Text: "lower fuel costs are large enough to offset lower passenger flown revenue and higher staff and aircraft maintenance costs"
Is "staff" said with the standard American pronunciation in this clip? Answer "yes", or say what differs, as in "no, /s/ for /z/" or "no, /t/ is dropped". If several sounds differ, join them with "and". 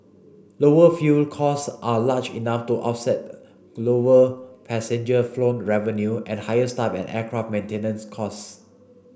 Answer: no, /p/ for /f/